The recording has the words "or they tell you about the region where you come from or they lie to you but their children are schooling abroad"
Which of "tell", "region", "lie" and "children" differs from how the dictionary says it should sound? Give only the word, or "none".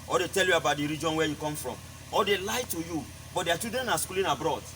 children